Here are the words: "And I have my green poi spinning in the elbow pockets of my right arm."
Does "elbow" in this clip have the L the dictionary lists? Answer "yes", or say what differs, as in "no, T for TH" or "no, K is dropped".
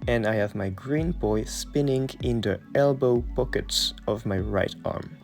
yes